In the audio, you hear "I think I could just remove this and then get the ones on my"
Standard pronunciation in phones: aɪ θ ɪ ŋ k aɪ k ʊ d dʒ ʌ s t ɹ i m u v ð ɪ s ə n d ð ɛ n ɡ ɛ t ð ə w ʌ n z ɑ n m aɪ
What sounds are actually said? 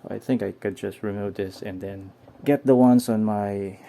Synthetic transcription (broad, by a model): aɪ θ ɪ ŋ k aɪ k ʊ d dʒ ʌ s t ɹ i m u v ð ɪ s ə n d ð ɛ n ɡ ɛ t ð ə w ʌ n s ɑ n m aɪ